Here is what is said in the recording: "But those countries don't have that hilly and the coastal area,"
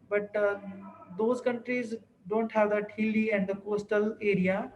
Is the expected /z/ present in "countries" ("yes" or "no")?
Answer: yes